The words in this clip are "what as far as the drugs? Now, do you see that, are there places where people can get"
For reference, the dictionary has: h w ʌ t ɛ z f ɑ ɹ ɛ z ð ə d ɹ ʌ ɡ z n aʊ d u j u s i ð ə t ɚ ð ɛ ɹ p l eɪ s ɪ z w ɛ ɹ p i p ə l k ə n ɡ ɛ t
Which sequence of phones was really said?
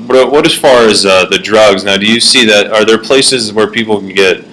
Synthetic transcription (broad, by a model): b w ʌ t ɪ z f ɑ ɹ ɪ z ð ə d ɹ ʌ ɡ z n aʊ d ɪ j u s i ð ə t ɚ ð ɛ ɹ p l eɪ s ɪ z w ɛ ɹ p i p l k n ɡ ɛ t